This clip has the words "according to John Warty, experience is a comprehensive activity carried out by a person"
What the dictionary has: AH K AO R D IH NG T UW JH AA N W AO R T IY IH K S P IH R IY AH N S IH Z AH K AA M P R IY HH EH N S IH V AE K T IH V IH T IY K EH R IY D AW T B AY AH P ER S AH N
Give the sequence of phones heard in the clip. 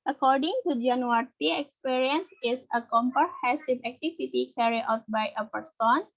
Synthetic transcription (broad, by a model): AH K AO R D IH NG T UW JH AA N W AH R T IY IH K S P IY R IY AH N S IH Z AH K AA M P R HH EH S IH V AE K T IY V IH T IY K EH R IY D AW T B AY AH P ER S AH N